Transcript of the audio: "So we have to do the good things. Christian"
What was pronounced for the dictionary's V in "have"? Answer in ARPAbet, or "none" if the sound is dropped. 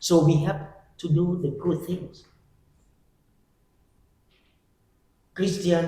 P